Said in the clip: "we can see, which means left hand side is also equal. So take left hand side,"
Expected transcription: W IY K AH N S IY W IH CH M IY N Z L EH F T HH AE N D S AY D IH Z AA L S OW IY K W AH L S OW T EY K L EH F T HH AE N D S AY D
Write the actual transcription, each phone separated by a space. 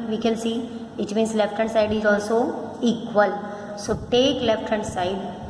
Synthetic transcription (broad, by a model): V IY K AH L S IY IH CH M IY N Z L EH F T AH N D S AY D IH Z AA L S OW IY K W AH L S OW T EY K L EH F T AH N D S AY D